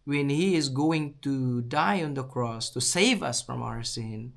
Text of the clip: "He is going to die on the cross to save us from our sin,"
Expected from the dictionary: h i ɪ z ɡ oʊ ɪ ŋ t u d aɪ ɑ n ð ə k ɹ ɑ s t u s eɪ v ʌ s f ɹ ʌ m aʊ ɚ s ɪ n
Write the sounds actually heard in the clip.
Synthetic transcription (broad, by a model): h i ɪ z ɡ oʊ ɪ ŋ t u d aɪ ɑ n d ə k ɹ ɑ s t u s eɪ v ʌ s f ɹ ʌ m aʊ ɚ s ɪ n